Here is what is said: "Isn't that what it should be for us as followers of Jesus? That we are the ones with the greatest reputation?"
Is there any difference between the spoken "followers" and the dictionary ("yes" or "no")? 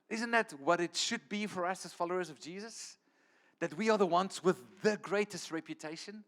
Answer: no